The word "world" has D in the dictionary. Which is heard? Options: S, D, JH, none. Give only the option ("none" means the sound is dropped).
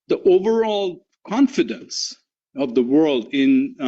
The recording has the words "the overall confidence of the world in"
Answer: D